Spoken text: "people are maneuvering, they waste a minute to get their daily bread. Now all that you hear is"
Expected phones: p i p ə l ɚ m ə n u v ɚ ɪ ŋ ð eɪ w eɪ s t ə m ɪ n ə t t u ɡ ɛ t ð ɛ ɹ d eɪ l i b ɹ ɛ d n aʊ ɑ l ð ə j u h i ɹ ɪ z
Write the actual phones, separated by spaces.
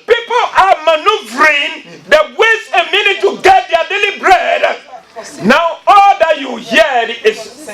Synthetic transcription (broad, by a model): p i p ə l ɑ m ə n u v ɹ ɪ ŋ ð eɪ w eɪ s ə m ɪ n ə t t u ɡ ɛ t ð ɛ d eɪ l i b ɹ ɛ d n aʊ ɑ l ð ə j u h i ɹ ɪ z